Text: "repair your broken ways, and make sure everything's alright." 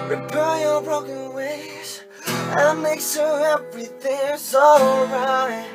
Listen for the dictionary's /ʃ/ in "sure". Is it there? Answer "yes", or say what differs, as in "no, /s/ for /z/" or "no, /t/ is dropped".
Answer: no, /s/ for /ʃ/